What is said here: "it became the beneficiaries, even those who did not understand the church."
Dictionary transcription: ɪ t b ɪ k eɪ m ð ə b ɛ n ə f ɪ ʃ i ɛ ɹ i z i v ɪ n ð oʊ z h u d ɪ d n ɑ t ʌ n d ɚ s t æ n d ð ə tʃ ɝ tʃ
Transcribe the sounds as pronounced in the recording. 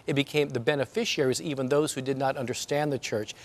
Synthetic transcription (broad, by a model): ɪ t b ɪ k eɪ m ð ə b ɛ n ə f ɪ ʃ i ɛ ɹ i z i v ɪ n ð oʊ z h u d ɪ d n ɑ t ʌ n d ɚ s t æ n ð ə tʃ ɝ tʃ